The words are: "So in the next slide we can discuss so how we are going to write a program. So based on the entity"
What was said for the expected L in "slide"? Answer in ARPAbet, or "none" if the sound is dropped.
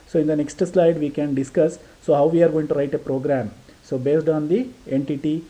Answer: L